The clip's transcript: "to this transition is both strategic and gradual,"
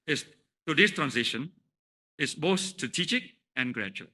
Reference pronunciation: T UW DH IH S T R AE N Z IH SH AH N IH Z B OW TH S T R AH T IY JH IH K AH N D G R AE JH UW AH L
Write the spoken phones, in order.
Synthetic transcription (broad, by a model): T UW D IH S T R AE N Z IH SH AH N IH S B OW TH S T R AH T IY JH IH K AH N G R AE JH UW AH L